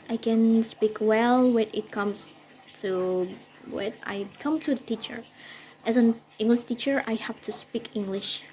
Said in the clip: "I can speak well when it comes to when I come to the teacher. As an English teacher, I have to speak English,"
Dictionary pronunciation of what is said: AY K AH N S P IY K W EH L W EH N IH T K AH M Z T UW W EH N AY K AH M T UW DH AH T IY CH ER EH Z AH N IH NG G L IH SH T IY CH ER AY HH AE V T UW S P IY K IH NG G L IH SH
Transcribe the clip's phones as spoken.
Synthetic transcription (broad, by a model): AY K AH N S P IY K W EH L W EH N IH T K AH M S T UW W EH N AY K AH M T UW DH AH T IY CH ER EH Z AH N IH NG G L IH SH T IY CH ER AY HH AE F T UW S P IY K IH NG G L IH SH